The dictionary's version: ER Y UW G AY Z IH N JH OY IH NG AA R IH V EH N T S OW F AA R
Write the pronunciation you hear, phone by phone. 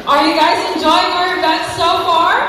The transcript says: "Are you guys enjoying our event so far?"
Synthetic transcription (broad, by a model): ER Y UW G AY Z IH N JH OY IH NG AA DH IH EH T S OW F AA R